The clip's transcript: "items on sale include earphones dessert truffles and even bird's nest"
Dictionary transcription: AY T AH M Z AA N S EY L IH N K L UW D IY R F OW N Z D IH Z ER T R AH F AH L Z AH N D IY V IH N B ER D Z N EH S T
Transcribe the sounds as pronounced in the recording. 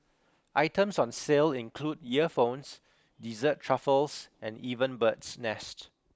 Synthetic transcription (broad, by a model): AY T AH M S AA N S EY L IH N K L UW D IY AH F OW N S D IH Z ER T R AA F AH L S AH N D IY V IH N B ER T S N EH S T